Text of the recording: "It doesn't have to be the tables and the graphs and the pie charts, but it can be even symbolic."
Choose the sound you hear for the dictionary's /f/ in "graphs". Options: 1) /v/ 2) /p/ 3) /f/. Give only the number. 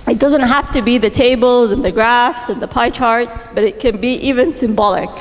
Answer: 3